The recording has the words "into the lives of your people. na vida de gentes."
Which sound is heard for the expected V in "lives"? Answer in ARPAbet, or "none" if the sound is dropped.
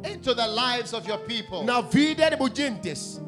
V